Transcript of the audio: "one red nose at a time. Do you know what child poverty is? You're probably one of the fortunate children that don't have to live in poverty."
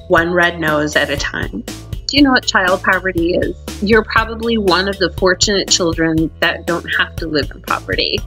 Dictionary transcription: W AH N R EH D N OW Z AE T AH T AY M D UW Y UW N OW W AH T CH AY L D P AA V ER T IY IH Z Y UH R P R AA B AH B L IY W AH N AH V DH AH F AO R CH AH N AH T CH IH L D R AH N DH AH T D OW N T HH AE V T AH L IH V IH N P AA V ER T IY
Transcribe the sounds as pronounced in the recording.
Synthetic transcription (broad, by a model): W AH N R EH D N OW Z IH T AH T AY M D Y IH N OW W AH T CH AY L D P AA V ER T IY IH Z Y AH R P R AA B AH B L IY W AH N AH V DH AH F AO R CH AH N AH T CH IH L D R AH N DH AH T D OW N T HH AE F T AH L IH V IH N P AA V ER T IY